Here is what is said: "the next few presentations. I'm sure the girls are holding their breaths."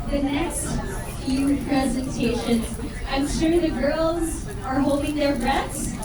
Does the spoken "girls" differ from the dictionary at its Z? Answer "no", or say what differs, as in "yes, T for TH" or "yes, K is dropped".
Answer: no